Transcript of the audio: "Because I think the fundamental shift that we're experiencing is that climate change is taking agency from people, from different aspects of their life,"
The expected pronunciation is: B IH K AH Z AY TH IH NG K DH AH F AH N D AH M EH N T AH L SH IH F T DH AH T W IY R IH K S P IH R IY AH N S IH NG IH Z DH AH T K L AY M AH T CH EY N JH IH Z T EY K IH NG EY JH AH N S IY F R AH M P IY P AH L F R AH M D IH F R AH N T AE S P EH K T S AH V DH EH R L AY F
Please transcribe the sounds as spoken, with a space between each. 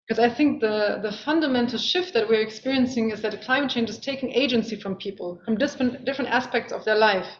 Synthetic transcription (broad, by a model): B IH K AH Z AY TH IH NG K DH AH F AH N D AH M EH N T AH L SH IH F T DH AH T W IY R IH K S P IH R IY AH N S IH NG IH Z DH AH T K L AY M AH T CH EY N JH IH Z T EY K IH NG EY JH AH N S IY F R AH M P IY P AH L F R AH M D IH F R AH N T AE S P EH K T S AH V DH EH R L AY F